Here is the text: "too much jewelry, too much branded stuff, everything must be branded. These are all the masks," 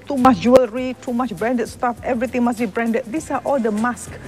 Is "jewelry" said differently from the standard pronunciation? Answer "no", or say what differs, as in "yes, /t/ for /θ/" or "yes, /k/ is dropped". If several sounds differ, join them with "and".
no